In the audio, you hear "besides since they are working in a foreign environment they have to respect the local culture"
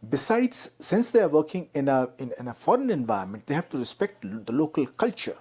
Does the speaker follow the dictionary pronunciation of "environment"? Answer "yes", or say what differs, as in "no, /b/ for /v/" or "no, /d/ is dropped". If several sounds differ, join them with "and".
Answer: no, /ɹ/ is dropped